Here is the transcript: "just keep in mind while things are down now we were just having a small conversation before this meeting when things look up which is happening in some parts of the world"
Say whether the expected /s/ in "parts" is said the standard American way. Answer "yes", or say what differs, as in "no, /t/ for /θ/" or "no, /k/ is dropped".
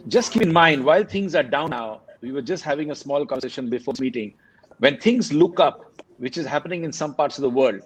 yes